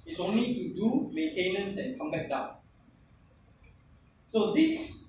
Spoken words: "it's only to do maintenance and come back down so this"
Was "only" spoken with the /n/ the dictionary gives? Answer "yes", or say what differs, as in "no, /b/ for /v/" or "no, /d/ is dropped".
yes